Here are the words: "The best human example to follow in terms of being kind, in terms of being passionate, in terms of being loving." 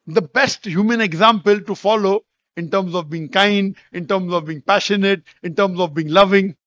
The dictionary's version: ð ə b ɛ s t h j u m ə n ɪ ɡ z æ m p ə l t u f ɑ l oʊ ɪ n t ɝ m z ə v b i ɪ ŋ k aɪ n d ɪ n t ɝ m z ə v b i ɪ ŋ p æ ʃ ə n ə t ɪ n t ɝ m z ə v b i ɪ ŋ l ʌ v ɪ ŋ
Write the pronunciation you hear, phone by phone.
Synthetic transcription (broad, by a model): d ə b ɛ s t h j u m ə n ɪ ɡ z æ m p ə l t u f ɑ l oʊ ɪ n t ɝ m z ə v b i ɪ ŋ k aɪ n d ɪ n t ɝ m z ə v b i ɪ ŋ p æ ʃ ə n ə t ɪ n t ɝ m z ə v b i ɪ ŋ l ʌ v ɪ ŋ